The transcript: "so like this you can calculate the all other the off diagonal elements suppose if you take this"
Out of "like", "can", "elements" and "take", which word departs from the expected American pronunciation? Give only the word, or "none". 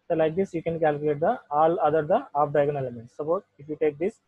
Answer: elements